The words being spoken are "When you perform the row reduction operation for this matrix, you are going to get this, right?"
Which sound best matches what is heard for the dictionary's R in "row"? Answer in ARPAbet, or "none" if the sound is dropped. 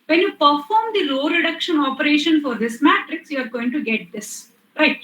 L